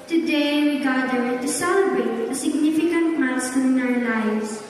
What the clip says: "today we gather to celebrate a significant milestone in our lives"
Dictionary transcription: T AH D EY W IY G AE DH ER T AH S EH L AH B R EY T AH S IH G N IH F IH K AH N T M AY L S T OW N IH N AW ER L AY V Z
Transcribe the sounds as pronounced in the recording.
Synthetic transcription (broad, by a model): T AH D EY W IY G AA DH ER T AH S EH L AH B EY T AH S IH G N IH F IH K AH N T M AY S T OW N IH N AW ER L AY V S